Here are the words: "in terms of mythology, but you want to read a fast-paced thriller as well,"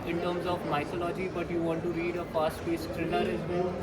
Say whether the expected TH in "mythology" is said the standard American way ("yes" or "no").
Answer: no